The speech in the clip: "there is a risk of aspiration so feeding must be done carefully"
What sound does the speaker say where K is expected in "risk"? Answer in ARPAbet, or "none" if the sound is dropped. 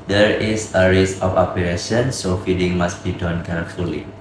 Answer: none